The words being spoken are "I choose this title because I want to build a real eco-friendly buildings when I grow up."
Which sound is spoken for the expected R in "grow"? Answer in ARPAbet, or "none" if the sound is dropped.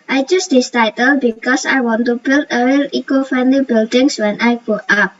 none